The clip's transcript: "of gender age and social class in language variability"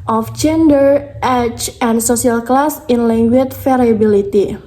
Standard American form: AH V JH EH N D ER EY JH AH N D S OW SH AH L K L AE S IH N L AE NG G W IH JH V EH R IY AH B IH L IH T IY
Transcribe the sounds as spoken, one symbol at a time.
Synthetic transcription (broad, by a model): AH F JH EH N D ER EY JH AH N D S OW S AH L K L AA S IH N L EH NG G W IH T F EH R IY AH B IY L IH T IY